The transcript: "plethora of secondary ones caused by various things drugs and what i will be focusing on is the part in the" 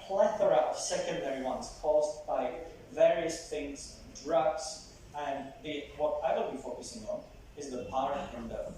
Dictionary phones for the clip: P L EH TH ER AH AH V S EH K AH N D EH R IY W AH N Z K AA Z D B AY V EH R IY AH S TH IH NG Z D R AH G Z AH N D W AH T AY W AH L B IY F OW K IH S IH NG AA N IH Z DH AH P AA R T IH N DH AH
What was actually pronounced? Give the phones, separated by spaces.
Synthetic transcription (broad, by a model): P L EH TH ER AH AH V S EH K AH N D EH R IY W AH N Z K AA Z B AY V EH R IY AH S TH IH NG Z D R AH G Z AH N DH W AH T AY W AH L B IY F OW K IH S IH NG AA N IH Z DH AH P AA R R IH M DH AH